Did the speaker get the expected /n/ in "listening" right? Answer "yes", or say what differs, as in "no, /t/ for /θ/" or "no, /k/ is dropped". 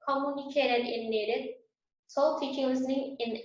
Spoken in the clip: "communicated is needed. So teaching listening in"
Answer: yes